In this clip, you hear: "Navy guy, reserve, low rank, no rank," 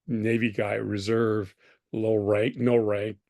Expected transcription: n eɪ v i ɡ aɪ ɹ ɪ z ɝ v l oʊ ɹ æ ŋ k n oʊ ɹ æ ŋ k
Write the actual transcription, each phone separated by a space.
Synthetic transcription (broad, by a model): n eɪ v i ɡ aɪ ɹ ɪ z ɝ v l oʊ ɹ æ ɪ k n oʊ ɹ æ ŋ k